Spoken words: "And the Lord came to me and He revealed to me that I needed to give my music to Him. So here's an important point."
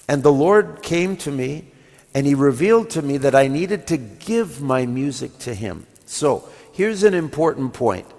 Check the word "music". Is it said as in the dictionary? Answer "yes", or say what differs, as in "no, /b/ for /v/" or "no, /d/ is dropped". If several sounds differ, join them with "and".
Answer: yes